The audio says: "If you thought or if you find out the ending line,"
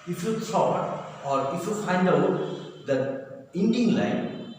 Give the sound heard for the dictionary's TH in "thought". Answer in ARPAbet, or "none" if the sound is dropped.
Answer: S